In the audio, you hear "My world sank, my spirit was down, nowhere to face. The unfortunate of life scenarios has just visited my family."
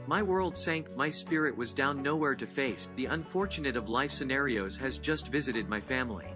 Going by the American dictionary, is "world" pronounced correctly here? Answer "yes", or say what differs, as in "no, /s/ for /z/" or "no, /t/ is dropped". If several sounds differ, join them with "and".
yes